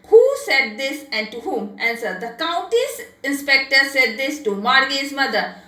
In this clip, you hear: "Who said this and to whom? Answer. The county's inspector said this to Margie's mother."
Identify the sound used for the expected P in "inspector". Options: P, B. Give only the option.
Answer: P